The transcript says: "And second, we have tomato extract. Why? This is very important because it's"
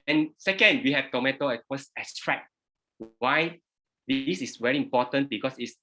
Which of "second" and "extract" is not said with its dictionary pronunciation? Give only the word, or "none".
extract